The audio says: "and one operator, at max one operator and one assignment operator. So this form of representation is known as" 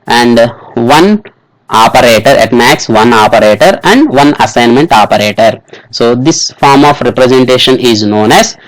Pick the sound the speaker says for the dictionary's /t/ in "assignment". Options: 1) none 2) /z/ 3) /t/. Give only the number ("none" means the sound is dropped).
3